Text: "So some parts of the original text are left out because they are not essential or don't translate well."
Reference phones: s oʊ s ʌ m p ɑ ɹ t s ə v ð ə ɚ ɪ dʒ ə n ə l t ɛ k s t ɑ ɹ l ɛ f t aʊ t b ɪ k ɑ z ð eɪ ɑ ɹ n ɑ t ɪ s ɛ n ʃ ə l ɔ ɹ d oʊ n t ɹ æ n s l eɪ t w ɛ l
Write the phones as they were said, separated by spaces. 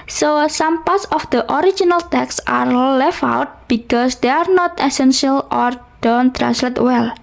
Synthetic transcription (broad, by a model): s oʊ s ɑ m p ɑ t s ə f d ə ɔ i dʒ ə n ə l t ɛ k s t ɑ ɹ l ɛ f aʊ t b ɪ k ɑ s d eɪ ɑ ɹ n ɑ t ɪ s ɛ n ʃ ə l ɔ ɹ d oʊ n t ɹ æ n s l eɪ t w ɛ l